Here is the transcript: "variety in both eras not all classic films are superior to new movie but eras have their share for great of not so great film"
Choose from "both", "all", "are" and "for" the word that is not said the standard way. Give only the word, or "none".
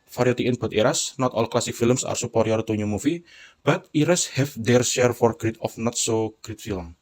both